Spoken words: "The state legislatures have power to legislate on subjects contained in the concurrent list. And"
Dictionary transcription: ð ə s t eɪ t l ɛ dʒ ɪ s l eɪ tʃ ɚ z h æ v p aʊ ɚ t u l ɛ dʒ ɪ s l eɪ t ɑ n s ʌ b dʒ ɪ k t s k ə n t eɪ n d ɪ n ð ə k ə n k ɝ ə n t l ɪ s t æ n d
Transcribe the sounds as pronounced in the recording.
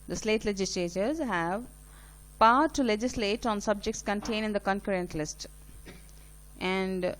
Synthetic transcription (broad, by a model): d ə s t eɪ t l ɛ dʒ ɪ s l eɪ tʃ ɚ z h æ v p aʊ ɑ t u l ɛ dʒ ɪ s l eɪ t ɑ n s ʌ b dʒ ɪ k t s k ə n t eɪ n ɪ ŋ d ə k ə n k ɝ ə n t l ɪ s t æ n d